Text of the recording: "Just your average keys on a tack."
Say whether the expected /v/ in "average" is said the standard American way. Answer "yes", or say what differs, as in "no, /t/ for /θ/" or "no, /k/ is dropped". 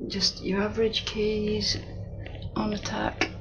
yes